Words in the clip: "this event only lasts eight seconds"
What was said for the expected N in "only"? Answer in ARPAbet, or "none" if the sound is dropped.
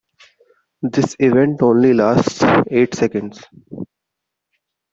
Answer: N